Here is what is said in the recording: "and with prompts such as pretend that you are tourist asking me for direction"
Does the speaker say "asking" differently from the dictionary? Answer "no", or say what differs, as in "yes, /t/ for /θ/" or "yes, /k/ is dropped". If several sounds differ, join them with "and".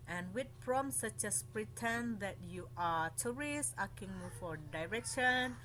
yes, /s/ is dropped